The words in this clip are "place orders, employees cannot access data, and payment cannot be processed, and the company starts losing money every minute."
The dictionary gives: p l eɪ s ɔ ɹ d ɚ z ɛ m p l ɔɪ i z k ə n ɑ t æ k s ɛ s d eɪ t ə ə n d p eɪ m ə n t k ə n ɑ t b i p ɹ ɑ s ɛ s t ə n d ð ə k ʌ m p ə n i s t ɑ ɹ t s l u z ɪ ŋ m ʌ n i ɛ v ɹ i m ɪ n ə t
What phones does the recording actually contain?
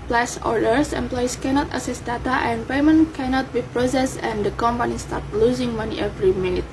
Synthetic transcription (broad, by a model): p l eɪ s ɔ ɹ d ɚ s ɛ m p l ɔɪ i s k ə n ɑ t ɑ s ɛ s d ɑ t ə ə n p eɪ m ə n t k ə n ɑ t b i p ɹ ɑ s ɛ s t ə n d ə k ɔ m p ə n i s t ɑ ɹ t l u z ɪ ŋ m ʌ n i ɛ v ɹ i m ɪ n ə t